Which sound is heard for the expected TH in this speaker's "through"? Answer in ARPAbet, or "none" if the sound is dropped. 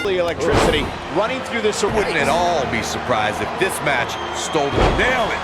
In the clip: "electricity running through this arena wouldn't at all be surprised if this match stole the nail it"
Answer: TH